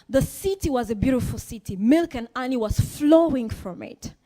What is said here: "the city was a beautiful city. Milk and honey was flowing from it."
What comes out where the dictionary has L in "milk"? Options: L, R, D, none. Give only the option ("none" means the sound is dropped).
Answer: L